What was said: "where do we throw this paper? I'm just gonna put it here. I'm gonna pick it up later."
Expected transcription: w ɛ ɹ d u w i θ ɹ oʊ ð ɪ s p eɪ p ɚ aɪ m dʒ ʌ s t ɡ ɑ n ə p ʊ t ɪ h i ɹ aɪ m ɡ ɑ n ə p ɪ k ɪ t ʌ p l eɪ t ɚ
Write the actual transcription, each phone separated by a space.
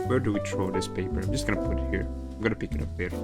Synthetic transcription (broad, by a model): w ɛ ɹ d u w i t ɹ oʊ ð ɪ s p eɪ p ɚ aɪ m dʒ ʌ s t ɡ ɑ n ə p ʊ t h i ɹ aɪ m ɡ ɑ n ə p ɪ k ɪ t ʌ p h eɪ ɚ